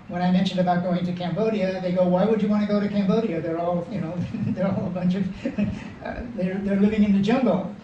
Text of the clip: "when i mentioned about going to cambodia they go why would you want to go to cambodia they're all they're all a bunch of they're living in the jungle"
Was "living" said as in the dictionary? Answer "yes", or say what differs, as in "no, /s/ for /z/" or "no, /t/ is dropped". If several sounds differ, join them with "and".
yes